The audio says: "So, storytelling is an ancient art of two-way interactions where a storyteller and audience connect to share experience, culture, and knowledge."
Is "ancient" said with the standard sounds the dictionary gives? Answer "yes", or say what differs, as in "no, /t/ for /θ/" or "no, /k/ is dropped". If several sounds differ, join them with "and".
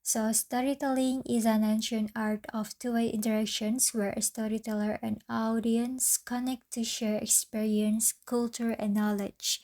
no, /t/ is dropped